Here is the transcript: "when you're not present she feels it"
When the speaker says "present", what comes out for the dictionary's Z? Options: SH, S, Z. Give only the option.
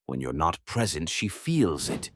Z